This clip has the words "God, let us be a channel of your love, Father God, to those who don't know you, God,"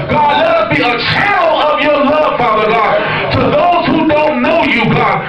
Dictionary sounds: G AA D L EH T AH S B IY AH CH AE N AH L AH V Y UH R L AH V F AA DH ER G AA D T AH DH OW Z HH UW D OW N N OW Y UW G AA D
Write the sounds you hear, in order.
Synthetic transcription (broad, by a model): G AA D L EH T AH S B IY AH CH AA AH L AH V Y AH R L AH V F AA DH ER G AA D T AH DH OW Z HH UW D OW N N OW Y UW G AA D